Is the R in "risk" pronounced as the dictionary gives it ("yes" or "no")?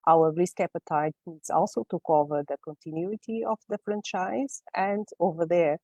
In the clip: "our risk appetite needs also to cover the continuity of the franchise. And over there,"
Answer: no